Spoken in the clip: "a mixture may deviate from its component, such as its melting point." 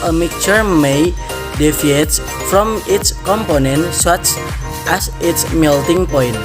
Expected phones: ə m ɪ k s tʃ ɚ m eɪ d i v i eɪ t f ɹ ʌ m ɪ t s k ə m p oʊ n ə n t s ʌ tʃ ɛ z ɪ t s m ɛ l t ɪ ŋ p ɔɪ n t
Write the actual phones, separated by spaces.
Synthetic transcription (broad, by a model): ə m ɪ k tʃ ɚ m eɪ d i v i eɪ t f ɹ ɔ m ɪ t s k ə m p oʊ n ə n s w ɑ tʃ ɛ s ɪ t s m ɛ l t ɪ ŋ p ɔɪ n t